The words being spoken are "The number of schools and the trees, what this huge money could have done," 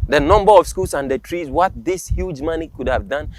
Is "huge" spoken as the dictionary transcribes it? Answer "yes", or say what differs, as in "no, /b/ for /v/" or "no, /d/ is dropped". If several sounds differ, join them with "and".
yes